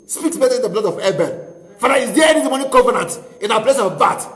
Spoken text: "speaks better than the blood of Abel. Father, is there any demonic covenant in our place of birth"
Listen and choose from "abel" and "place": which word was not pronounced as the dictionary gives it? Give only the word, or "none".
abel